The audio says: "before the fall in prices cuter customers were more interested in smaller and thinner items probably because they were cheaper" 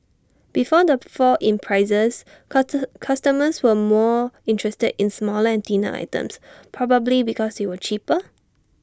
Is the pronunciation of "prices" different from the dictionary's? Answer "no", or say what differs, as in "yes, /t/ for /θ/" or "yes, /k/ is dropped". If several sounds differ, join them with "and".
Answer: yes, /s/ is dropped